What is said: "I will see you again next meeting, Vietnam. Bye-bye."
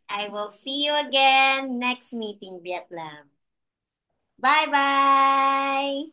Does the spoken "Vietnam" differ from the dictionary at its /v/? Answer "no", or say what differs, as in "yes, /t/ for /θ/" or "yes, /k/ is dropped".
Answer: yes, /b/ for /v/